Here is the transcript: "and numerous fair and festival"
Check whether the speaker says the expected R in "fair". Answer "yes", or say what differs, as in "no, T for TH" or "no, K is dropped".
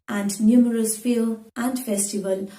no, L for R